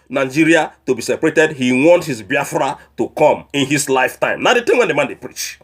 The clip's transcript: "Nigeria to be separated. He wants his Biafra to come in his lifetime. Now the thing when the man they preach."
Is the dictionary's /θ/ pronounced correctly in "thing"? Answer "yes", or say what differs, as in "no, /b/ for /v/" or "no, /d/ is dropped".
no, /t/ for /θ/